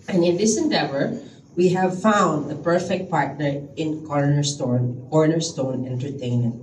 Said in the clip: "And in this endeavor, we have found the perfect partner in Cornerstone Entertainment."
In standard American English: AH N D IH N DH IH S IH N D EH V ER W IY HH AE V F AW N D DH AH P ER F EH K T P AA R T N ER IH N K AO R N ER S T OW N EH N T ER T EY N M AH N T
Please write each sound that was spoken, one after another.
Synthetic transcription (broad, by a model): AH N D IH N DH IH S IH N D EH V ER W IY HH AE V F AW N D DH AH P ER F EH K T P AA R T N ER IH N K AO R N ER S T OW N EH N T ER T EY N M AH N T